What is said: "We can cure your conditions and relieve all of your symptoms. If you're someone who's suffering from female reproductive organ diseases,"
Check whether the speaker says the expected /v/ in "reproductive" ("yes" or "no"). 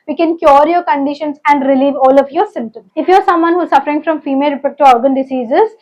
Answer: no